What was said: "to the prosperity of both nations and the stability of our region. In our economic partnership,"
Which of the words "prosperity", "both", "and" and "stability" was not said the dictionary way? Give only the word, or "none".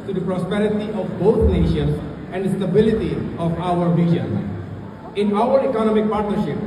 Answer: both